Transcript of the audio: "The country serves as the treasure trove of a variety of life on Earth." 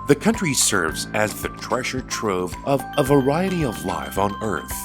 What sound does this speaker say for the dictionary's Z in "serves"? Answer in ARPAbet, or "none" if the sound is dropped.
Z